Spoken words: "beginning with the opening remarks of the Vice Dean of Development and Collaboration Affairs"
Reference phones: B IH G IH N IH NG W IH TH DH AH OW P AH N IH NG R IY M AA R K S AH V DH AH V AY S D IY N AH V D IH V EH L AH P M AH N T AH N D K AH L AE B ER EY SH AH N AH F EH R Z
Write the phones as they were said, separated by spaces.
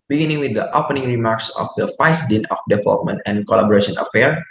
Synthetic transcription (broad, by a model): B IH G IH N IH NG W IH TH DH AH OW P AH N IH NG R IY M AA R K S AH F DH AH F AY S D IY N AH F D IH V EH L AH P M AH N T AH N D K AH L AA B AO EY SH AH N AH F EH R